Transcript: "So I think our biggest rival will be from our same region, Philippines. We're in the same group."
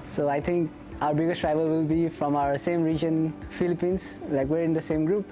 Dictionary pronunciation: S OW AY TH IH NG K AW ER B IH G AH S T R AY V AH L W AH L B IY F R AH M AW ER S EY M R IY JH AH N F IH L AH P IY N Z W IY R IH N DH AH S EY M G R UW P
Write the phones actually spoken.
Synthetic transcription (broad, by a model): S OW AY T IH NG K AW ER B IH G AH S T R AY V AH L W AH L B IY F R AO M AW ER S EY M R IY JH AH N F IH L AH P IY N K W IY R IH N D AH S EY M G R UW P